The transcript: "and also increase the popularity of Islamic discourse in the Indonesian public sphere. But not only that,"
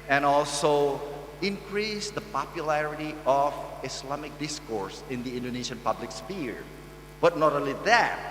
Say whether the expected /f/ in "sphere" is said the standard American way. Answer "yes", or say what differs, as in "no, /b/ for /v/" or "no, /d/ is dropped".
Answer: no, /p/ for /f/